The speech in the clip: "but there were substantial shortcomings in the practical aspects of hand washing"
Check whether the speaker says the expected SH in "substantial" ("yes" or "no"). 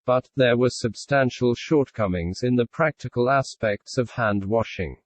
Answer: yes